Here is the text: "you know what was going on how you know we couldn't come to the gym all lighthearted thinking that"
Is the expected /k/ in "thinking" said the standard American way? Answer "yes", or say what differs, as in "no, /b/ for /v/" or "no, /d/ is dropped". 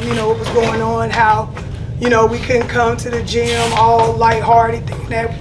no, /k/ is dropped